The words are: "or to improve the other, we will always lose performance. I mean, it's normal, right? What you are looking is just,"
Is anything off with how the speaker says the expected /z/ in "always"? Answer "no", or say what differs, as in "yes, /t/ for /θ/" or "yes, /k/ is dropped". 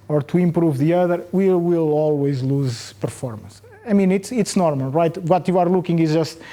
no